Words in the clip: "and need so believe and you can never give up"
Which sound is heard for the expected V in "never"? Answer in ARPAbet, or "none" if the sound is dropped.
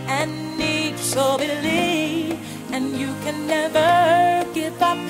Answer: V